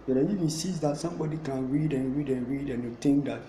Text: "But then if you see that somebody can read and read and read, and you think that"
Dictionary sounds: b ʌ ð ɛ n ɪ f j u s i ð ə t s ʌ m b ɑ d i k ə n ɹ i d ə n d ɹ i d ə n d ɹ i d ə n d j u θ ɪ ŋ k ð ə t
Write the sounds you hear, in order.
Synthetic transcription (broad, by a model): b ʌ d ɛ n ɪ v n s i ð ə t s ʌ m b ɑ d i k ə n ɹ i d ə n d ɹ i d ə n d ɹ i d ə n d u t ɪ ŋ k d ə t